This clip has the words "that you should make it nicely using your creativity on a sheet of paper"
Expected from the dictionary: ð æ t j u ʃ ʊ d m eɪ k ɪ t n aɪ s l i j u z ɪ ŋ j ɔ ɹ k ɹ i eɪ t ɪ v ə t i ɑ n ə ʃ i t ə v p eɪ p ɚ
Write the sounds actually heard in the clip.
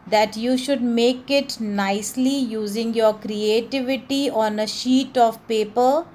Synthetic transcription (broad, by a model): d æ t j u ʃ ʊ d m eɪ k ɪ t n aɪ s l i j u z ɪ ŋ j ɔ ɹ k ɹ i eɪ t ɪ v ə t i ɑ n ə ʃ i t ə v p eɪ p ɚ